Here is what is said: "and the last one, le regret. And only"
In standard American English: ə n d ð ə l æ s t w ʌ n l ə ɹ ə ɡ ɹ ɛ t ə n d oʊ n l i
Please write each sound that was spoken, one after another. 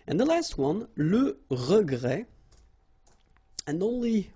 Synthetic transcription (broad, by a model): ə n ð ə l æ s t w ʌ n l ə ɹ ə ɡ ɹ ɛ ə n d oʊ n l i